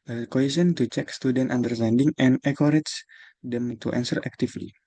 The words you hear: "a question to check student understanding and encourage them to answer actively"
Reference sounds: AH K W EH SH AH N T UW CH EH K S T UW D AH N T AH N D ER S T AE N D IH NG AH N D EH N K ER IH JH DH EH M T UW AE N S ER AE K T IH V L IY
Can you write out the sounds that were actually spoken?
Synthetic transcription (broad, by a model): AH K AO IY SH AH N T UW CH EH K S T UW D AH N T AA N D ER S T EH N D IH NG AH N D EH K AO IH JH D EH M T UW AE N S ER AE K T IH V L IY